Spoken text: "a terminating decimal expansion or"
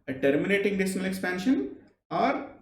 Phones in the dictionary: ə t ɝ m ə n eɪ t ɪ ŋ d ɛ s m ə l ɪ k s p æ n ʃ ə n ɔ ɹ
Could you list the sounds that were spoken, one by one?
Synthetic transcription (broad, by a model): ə t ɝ m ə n eɪ t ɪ ŋ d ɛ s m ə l ɪ k s p æ n ʃ ə n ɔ ɹ